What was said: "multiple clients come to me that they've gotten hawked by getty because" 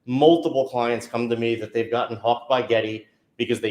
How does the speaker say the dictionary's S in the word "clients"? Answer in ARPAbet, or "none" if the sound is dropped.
S